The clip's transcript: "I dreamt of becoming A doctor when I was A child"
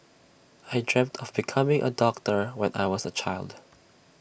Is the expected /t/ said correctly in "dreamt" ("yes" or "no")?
yes